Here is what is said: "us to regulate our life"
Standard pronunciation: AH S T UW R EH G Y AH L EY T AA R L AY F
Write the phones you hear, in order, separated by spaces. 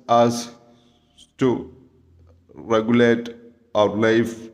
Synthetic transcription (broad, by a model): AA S T UW R EH G Y AH L EY T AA W L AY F